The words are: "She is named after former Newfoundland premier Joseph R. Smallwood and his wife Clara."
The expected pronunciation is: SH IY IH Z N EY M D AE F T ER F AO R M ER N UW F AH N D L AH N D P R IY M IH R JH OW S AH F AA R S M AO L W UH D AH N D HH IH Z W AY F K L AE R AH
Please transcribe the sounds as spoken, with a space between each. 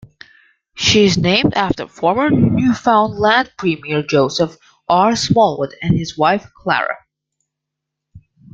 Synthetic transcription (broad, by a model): SH IY IH Z N EY M D AE F T ER F AO R M ER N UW F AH N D L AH N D P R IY M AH R JH OW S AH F AA R S M AO L W UH D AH N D HH IH Z W AY F K L AE R AH